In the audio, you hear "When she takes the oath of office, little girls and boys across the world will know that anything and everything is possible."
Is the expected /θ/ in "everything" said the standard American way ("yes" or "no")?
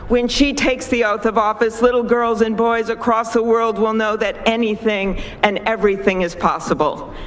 yes